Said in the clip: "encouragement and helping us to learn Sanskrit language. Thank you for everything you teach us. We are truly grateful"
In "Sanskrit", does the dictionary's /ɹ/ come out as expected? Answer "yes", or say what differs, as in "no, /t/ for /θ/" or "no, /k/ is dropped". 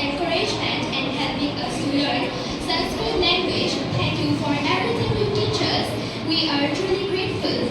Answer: no, /ɹ/ is dropped